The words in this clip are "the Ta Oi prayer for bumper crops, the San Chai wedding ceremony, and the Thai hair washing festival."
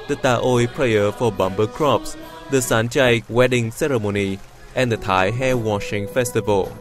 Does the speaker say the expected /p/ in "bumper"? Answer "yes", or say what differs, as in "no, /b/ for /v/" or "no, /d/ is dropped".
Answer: no, /b/ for /p/